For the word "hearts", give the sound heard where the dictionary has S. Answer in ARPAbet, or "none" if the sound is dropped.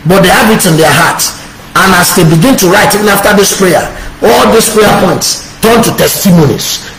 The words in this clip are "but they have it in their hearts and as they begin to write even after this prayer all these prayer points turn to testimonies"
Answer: none